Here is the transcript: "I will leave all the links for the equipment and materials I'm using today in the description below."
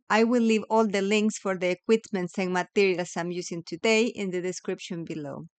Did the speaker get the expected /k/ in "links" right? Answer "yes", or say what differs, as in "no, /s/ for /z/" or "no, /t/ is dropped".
yes